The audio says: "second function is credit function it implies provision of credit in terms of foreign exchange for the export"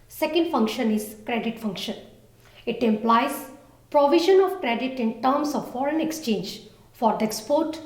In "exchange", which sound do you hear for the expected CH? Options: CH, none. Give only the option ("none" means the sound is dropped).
CH